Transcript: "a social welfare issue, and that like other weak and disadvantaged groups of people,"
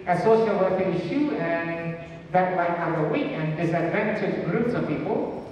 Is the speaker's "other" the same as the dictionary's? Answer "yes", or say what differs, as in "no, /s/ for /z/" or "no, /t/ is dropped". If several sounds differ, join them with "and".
no, /ð/ is dropped